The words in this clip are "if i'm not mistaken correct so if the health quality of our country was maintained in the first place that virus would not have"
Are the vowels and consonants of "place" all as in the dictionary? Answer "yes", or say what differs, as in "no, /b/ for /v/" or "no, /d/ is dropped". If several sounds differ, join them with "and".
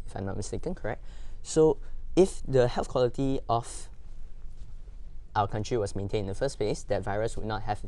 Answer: yes